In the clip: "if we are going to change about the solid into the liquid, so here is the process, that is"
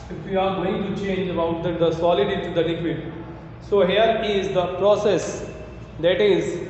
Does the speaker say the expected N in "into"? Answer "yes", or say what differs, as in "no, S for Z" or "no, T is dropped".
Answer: no, N is dropped